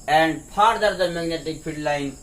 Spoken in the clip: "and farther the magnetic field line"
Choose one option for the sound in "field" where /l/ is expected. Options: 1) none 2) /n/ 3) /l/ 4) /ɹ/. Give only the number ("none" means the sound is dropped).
1